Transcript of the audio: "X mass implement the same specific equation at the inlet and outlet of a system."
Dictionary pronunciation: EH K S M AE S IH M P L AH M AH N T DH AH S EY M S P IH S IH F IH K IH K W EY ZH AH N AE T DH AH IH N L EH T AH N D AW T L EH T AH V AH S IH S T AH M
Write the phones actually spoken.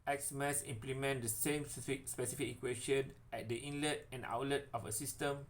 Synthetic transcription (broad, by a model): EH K S M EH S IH M P L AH M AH N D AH S EY M S P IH S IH F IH K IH K W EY SH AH N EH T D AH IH N L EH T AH N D AW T L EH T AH F AH S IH S T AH M